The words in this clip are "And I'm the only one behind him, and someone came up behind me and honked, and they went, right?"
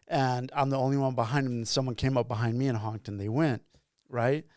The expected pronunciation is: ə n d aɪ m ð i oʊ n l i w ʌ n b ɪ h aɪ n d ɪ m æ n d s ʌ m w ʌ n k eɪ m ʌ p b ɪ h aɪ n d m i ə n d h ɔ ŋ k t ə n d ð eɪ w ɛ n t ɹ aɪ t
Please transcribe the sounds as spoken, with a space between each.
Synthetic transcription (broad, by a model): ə n aɪ m ð i oʊ n l i w ʌ n b ɪ h aɪ n d ɪ m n s ʌ m w ʌ n k eɪ m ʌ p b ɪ h aɪ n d m i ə n h ɔ ŋ k t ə n ð eɪ w ɛ n t ɹ aɪ t